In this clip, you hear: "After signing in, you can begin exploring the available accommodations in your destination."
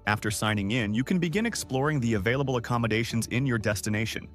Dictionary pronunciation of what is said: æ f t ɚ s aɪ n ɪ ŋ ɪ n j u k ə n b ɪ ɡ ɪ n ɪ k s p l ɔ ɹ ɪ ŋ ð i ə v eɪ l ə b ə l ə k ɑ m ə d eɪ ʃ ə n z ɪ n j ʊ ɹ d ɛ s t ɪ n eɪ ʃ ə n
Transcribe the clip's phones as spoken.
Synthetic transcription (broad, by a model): æ f t ɚ s aɪ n ɪ ŋ ɪ n j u k ə n b ɪ ɡ ɪ n ɪ k s p l ɔ ɹ ɪ ŋ ð i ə v eɪ l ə b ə l ə k ɑ m ə d eɪ ʃ ə n z ɪ n j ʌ ɹ d ɛ s t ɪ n eɪ ʃ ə n